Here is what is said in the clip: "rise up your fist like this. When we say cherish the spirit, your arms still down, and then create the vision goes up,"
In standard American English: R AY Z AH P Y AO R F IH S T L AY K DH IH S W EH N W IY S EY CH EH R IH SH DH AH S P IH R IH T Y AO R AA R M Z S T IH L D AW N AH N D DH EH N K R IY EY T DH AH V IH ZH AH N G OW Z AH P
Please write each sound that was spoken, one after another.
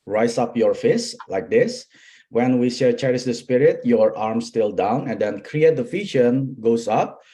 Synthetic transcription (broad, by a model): R AY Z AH P Y AO R F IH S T L AY K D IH S W EH N W IY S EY CH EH R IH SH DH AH S P IH R IH T Y AO R AA R M S T IH L D AW N AH N D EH N K R IY EY T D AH F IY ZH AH N G OW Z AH P